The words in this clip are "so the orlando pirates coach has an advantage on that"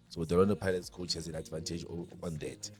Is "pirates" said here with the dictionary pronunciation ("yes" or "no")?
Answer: no